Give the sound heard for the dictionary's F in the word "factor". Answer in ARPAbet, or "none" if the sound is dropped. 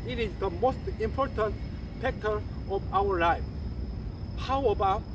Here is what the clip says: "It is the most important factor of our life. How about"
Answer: P